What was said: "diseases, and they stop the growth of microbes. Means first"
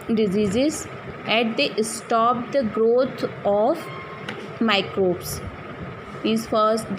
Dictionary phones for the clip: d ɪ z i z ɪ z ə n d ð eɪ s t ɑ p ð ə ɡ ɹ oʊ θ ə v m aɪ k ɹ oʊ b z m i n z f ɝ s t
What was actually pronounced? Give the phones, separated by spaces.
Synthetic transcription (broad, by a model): d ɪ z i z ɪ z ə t d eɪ s t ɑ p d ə ɡ ɹ oʊ t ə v m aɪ k ɹ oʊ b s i z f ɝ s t